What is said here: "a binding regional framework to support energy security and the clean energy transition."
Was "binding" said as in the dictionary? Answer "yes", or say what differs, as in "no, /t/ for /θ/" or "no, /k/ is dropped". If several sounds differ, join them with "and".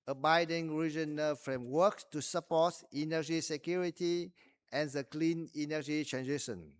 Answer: no, /n/ is dropped